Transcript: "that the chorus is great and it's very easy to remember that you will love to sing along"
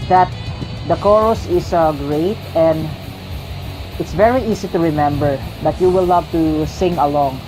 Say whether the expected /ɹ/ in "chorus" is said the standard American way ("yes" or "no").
yes